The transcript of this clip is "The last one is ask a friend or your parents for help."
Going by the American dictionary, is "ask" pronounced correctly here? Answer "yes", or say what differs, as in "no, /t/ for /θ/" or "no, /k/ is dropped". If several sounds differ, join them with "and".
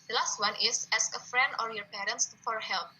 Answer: no, /k/ is dropped